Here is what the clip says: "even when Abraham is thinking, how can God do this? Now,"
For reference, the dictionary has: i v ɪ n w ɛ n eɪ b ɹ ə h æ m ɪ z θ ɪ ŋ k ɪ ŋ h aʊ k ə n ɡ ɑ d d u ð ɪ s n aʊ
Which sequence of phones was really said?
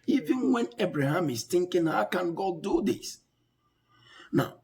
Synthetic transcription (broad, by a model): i v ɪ n w ɛ n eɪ b ɹ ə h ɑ m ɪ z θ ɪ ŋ k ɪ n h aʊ k ə n ɡ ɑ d d u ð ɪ s n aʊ